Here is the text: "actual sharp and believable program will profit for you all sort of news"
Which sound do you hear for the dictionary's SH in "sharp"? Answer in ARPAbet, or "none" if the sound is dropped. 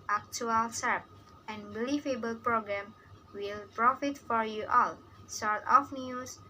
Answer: S